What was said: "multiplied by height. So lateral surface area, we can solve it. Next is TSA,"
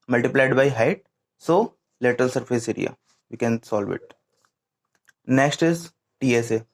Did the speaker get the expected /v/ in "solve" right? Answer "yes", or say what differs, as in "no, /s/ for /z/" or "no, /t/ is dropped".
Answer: yes